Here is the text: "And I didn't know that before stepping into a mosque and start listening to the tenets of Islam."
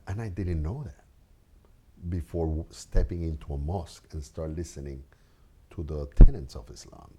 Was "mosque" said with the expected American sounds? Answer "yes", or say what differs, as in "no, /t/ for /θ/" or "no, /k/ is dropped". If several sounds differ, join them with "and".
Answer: yes